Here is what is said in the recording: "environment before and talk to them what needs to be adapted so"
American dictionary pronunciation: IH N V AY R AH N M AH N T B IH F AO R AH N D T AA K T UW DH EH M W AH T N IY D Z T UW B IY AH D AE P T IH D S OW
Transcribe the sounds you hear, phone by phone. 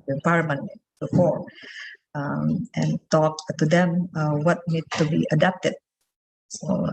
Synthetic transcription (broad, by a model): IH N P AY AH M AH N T B IH F AO R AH N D T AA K T UW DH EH M W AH T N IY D T UW B IY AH D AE P T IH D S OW